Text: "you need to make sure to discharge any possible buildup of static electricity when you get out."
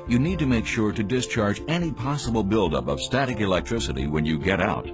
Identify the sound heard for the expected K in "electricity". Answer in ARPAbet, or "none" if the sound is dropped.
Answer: K